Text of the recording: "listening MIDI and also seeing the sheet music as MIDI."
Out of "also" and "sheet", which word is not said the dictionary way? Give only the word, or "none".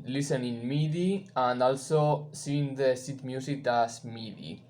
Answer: sheet